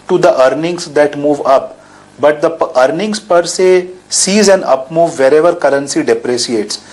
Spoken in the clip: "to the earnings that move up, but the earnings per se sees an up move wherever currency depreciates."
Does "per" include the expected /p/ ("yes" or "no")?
yes